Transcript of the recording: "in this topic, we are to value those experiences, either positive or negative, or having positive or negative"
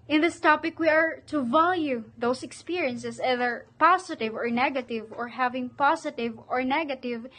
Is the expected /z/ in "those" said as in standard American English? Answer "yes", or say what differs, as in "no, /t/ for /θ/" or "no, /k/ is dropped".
no, /s/ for /z/